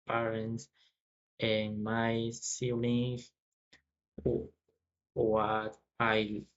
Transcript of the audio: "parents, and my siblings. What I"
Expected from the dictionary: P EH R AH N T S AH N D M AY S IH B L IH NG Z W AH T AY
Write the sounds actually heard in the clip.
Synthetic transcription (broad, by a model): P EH R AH N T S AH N M AY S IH L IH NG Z W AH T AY